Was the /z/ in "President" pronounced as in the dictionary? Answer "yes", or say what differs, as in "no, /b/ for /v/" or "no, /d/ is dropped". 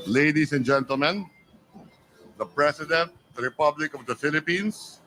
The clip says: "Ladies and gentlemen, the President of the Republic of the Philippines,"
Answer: no, /s/ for /z/